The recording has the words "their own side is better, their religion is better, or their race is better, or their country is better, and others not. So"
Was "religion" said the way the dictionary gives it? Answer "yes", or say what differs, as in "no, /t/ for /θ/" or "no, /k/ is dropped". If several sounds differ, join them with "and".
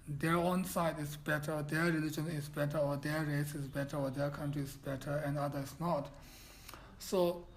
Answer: yes